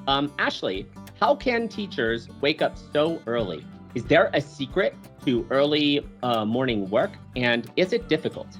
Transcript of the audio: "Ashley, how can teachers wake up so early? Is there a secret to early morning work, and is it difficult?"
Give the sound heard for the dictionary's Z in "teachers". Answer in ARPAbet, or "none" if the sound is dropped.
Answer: Z